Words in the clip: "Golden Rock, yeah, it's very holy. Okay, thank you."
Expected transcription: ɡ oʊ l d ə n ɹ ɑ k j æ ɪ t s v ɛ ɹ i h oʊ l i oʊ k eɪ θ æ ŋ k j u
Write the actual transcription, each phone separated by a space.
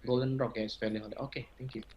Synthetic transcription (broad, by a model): ɡ oʊ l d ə n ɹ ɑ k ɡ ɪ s f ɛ l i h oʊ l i oʊ k eɪ t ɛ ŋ k j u